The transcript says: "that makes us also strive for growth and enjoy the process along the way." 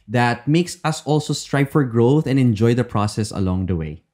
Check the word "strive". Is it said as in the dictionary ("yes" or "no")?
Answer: no